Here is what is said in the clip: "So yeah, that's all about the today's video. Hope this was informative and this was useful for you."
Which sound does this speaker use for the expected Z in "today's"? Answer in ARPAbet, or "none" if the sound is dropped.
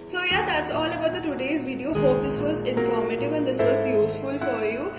Z